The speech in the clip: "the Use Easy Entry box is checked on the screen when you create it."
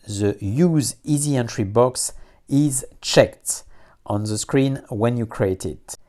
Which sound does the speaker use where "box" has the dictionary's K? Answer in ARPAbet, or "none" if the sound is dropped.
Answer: K